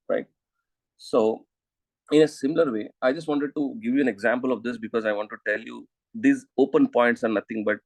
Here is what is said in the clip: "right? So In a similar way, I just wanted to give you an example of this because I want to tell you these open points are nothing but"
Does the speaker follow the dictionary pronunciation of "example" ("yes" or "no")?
yes